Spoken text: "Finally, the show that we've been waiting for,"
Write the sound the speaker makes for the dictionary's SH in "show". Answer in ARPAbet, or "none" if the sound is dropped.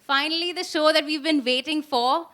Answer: SH